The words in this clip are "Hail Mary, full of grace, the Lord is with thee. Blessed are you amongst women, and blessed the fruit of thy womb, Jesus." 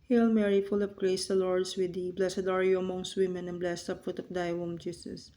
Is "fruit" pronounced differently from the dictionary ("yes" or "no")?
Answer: yes